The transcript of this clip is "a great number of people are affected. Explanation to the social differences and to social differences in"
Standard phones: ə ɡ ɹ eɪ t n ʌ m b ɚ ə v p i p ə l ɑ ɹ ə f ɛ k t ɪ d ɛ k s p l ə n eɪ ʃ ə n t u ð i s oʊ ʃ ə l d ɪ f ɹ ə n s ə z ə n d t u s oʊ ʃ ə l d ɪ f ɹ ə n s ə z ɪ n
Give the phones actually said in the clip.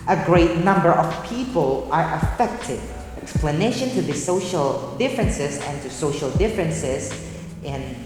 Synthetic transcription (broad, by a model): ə ɡ ɹ eɪ t n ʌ m b ɚ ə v p i p ə l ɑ ɹ ə f ɛ k t ɪ d ɛ k s p l ə n eɪ ʃ ə n t u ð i s oʊ ʃ ə l d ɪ f ɹ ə n s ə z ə n t u s oʊ ʃ ə l d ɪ f ɹ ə n s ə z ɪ n